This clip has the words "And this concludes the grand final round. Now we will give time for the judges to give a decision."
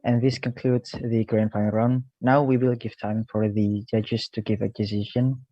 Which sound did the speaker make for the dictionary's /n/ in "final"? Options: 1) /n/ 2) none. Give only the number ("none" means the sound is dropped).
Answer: 2